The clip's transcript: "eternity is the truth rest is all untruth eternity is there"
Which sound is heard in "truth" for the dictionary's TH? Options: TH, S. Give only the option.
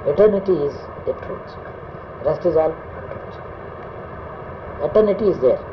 S